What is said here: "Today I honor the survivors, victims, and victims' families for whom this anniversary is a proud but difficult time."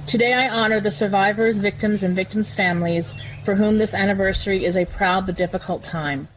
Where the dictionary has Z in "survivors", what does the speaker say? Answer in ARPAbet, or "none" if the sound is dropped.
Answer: Z